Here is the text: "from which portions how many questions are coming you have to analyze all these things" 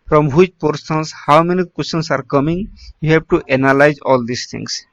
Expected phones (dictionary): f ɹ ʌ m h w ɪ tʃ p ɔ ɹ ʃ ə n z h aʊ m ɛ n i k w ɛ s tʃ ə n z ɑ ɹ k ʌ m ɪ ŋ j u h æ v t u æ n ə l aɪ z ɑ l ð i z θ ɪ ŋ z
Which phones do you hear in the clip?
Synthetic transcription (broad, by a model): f ɹ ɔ m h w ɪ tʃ p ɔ ɹ s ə n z h aʊ m ɛ n i k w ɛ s ə n s ɑ ɹ k ʌ m ɪ ŋ j u h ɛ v t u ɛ n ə l aɪ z ɑ l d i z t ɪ ŋ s